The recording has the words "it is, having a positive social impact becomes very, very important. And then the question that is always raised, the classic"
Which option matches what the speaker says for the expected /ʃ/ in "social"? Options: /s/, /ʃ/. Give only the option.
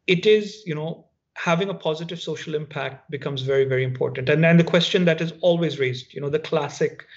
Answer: /ʃ/